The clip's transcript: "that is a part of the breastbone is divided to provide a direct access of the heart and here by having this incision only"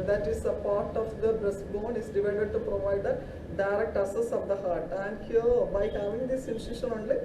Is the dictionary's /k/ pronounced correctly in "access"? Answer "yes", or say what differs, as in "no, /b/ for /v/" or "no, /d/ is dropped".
no, /k/ is dropped